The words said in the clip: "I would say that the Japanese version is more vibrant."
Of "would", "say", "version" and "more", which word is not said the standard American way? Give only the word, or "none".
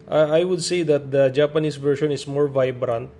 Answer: version